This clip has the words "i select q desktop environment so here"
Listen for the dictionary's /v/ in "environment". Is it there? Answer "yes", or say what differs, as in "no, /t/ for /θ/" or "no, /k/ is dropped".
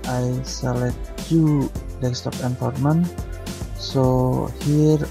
no, /f/ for /v/